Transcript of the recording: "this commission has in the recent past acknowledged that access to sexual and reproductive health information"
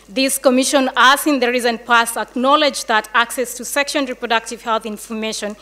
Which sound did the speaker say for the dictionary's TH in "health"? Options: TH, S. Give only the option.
TH